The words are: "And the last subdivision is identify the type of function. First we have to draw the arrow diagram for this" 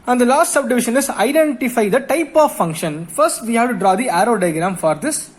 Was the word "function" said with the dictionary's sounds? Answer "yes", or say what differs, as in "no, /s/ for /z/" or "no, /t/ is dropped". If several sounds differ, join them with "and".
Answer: yes